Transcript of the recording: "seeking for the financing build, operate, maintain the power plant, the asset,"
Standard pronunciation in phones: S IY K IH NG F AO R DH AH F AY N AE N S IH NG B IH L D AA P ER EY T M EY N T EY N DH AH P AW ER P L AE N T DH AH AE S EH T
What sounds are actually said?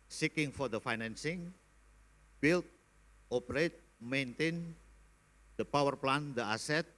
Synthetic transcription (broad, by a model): S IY K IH NG F AO R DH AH F AY N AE N S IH NG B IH L AA P ER EY T M EY N T EY N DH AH P AW ER P L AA N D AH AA S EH T